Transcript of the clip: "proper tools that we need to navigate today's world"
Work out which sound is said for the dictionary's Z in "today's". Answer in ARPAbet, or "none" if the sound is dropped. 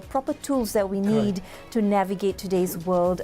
Z